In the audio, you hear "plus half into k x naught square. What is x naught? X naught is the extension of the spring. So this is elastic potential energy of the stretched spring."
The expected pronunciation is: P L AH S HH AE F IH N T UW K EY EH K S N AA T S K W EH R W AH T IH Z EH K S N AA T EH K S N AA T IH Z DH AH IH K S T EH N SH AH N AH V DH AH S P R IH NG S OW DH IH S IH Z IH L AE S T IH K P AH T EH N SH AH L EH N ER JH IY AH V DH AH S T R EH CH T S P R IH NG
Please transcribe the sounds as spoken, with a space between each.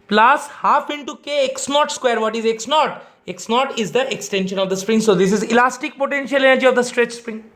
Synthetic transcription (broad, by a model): P L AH S HH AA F IH N T UW K EY EH K S N AA T S K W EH R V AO T IH Z EH K S N AA T EH K S N AA T IH Z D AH IH K S T EH N SH AH N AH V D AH S P R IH NG S OW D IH S IH Z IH L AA S T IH K P AH T EH N SH AH L EH N ER JH IY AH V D AH S T R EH CH S P R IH NG